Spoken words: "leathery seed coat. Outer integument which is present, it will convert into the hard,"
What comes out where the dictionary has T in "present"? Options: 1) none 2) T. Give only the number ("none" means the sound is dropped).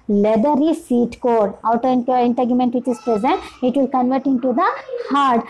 2